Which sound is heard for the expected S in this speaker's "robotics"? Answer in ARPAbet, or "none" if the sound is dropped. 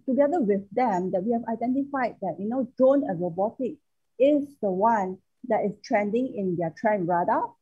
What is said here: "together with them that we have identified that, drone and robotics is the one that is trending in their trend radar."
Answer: none